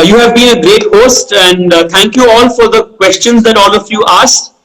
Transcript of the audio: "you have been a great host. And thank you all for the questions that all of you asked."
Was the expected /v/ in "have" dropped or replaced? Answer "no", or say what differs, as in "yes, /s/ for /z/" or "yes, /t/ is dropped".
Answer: no